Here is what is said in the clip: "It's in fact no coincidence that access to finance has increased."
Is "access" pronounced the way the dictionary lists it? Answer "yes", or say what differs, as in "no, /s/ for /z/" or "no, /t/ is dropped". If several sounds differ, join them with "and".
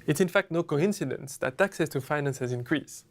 yes